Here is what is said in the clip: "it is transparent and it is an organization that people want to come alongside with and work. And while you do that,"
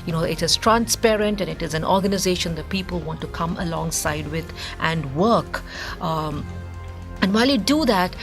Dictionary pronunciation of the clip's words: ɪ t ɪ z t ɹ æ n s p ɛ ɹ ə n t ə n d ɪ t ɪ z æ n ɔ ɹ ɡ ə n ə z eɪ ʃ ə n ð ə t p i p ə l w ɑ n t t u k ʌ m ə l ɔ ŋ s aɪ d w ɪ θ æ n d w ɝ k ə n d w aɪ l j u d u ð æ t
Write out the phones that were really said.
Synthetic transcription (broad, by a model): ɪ t ɪ z t ɹ æ n s p ɛ ɹ ə n t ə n ɪ t ɪ z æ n ɔ ɹ ɡ ə n ə z eɪ ʃ ə n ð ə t p i p ə l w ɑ n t t u k ʌ m ə l ɔ ŋ s aɪ d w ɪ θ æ n d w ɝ k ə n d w aɪ l j u d u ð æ t